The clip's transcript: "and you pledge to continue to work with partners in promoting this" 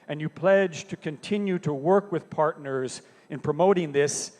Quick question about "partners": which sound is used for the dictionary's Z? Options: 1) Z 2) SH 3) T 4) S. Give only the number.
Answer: 1